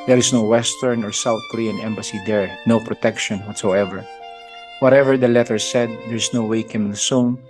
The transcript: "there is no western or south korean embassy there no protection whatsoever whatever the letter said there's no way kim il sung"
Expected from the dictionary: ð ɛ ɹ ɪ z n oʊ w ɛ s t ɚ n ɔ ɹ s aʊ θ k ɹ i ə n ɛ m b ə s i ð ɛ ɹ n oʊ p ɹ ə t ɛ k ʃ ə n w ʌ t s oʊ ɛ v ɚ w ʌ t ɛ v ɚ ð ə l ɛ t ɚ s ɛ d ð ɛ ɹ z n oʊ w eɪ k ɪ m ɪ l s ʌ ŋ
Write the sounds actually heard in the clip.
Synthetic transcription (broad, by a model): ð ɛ ɹ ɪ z n oʊ w ɛ s t ɚ n ɔ ɹ s aʊ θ k ɹ i ə n ɛ m b ə s i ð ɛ ɹ n oʊ p ɹ ə t ɛ k ʃ ə n w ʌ t s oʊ ɛ v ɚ w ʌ t ɛ v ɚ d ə l ɛ t ɚ s ɛ d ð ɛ ɹ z n oʊ w eɪ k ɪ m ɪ n s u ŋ